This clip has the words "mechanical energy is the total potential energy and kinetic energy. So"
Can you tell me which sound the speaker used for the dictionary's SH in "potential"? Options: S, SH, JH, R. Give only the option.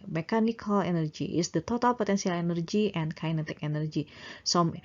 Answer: S